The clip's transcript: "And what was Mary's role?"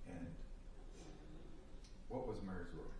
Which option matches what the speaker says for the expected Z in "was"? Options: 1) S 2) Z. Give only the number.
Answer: 2